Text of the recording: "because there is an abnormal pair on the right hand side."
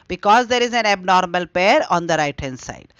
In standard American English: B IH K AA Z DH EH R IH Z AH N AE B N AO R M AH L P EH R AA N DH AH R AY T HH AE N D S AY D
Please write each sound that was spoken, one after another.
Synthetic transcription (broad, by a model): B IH K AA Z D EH R IH Z AH N AE B N AO R M AH L P EH R AA N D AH R AY T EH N S AY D